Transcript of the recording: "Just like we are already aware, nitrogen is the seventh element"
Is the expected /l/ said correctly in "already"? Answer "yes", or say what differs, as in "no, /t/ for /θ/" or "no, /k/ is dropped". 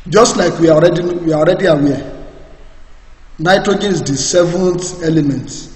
no, /w/ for /l/